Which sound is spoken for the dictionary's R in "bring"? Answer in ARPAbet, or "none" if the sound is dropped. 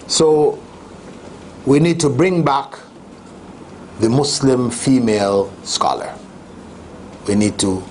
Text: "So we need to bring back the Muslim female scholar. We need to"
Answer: R